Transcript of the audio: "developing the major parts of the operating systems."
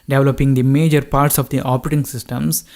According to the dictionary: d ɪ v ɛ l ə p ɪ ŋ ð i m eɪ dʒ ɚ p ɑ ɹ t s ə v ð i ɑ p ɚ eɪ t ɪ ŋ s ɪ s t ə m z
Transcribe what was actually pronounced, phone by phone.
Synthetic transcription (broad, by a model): d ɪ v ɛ l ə p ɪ ŋ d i m eɪ dʒ ɚ p ɑ ɹ t s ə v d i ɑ p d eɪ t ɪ ŋ s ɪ s t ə m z